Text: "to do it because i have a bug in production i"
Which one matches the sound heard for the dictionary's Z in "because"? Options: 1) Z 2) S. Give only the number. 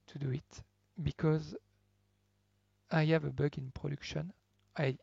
1